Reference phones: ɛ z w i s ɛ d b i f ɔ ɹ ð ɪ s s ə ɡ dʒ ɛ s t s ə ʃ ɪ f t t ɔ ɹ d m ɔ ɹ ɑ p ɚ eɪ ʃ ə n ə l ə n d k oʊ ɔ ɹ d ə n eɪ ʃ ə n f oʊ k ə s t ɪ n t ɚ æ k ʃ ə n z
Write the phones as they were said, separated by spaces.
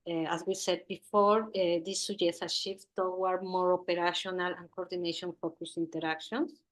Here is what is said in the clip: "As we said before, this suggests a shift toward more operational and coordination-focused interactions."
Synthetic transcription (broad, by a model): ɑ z w i s ɛ d b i f ɔ ɹ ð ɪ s s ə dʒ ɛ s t ə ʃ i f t t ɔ w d m ɔ ɹ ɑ p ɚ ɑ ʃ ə n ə l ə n k oʊ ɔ ɹ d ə n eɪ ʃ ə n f oʊ k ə s i n t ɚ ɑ k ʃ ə n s